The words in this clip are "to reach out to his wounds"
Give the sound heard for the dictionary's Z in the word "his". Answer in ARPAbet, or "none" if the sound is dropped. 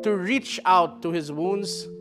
Z